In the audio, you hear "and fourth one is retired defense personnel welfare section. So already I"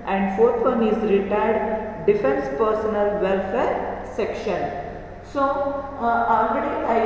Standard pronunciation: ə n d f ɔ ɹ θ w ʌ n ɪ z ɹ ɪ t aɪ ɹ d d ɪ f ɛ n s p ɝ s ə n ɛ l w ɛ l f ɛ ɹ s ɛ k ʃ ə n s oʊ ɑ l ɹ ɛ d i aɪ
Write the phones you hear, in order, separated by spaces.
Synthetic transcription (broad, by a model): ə n d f ɔ ɹ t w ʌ n ɪ z ɹ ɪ t aɪ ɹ d d ɪ f ɛ n s p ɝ s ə n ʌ l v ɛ l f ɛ ɹ s ɛ k ʃ ə n s oʊ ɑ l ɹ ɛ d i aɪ